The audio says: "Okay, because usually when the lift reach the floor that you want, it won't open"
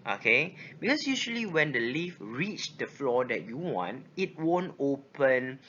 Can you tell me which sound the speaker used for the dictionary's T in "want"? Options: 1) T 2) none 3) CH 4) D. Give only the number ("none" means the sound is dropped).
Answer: 1